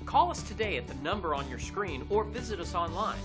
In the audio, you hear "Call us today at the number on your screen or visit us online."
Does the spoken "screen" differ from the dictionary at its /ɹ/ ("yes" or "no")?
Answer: no